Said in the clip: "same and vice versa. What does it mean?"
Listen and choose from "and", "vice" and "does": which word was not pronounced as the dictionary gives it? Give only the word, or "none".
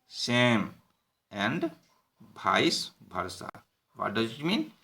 vice